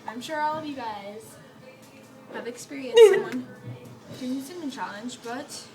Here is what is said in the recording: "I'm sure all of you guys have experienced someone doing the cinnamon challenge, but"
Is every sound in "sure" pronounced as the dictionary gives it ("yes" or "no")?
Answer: yes